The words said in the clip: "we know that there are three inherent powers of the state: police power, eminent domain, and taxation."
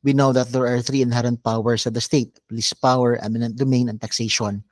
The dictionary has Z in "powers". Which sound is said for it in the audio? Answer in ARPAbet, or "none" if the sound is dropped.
S